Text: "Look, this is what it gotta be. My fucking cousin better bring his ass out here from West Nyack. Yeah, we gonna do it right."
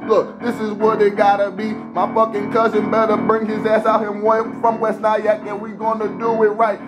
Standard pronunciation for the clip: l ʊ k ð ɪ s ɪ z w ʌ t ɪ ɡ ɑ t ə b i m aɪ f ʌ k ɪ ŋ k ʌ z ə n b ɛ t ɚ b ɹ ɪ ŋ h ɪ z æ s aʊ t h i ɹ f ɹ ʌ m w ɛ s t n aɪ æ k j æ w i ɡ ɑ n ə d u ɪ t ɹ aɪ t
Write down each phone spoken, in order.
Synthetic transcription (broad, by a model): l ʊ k ð ɪ s ɪ z w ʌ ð ɪ ɡ ɑ t ə b i m aɪ f ʌ k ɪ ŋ k ʌ z ə n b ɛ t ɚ b ɹ ɪ ŋ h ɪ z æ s aʊ t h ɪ w f ɹ ʌ m w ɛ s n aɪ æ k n w i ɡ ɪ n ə d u ɪ t ɹ aɪ t